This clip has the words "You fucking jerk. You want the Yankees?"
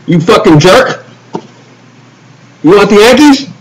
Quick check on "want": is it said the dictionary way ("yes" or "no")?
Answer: no